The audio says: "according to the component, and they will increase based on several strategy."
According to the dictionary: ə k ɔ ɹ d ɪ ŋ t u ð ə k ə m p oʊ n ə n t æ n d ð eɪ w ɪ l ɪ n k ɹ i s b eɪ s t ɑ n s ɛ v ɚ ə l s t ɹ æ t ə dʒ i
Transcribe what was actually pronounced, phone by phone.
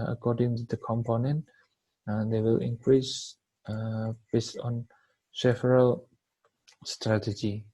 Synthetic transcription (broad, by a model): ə k ɔ d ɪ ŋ t u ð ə k ə m p oʊ n ə n t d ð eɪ w ɪ l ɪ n k ɹ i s b eɪ s t ɑ n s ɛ f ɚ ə l s t ɹ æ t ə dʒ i